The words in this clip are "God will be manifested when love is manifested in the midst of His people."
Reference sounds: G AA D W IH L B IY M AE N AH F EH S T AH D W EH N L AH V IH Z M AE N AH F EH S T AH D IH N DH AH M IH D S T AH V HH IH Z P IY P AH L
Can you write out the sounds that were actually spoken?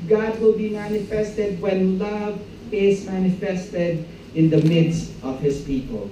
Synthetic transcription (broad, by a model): G AA D W IH L B IY M AE N AH F EH S T AH D W EH N L AH V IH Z M AE N AH F EH S T AH D IH N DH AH M IH D S T AH V HH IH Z P IY P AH L